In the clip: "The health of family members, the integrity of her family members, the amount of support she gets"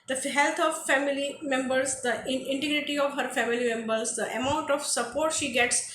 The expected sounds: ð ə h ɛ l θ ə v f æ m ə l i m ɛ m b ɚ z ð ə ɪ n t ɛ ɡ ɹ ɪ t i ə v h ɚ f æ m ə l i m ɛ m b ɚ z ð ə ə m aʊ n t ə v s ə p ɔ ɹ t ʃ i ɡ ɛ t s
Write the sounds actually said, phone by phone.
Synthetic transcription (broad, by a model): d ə h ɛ l t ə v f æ m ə l i m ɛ m b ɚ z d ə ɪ n t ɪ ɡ ɹ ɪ t i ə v h ɚ f æ m ə l i m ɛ m b ɚ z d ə ə m aʊ n t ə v s ə p ɔ ɹ t ʃ i ɡ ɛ t s